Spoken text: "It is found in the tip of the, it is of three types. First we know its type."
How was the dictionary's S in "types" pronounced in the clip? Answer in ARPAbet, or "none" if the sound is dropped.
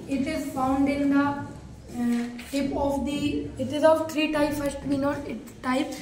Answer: none